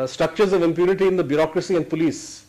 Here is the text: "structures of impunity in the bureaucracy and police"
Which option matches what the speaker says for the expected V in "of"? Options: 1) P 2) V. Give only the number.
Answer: 2